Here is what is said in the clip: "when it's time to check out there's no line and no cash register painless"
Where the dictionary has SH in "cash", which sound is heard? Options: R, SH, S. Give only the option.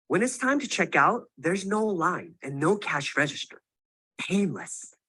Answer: SH